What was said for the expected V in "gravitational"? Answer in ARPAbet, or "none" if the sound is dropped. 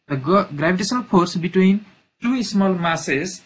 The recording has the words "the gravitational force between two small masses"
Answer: B